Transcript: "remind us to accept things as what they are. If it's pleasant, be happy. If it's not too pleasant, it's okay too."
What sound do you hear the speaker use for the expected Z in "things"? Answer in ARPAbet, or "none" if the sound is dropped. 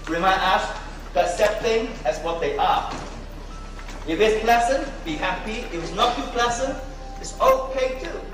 none